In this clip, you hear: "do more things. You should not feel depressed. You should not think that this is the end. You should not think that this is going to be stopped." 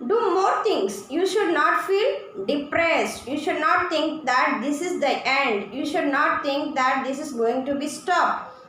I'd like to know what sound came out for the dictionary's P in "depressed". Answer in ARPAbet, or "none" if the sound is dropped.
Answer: P